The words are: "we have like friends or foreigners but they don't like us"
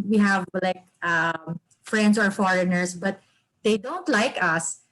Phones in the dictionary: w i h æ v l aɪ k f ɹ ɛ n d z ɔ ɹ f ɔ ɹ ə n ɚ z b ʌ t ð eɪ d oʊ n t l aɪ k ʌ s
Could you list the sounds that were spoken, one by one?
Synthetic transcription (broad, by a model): w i h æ v l aɪ k f ɹ ɛ n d s ɔ ɹ f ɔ ɹ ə n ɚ s b ʌ t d eɪ d oʊ n t l aɪ k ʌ s